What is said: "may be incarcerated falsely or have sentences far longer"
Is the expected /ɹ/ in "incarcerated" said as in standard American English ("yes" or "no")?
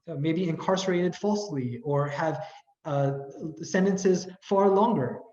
yes